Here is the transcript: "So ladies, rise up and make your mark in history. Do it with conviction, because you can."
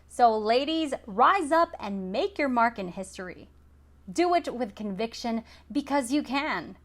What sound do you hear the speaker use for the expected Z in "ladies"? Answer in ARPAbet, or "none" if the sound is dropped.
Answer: Z